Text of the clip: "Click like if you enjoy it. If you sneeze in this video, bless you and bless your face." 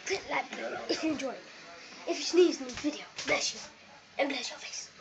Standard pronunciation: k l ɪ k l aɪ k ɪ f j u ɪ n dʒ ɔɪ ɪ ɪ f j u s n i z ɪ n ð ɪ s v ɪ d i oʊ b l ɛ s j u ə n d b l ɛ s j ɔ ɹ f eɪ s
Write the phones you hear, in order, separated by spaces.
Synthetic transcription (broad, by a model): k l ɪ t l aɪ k ɪ f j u ɪ n dʒ ɔɪ ɪ ɪ f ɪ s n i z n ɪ v ɪ d i oʊ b l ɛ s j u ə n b l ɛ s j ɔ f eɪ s